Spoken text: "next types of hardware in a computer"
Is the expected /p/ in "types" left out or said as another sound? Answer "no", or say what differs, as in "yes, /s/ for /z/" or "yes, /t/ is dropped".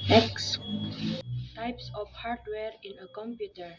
no